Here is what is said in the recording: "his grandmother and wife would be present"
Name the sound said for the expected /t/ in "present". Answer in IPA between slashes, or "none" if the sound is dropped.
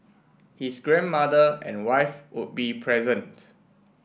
/t/